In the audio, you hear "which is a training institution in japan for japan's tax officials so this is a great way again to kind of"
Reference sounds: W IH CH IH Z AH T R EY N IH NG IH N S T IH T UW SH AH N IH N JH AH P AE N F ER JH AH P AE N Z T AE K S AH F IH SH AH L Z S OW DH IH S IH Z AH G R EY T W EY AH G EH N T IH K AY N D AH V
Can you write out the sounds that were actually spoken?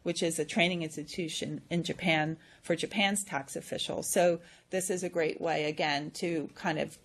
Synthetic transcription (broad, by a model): W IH CH IH Z AH T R EY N IH NG IH N S T IH T UW SH AH N IH N JH AH P AE N F ER JH AH P AE N Z T AE K S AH F IH SH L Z S OW DH IH S IH Z AH G R EY T W EY AH G EH N T IH K AY N D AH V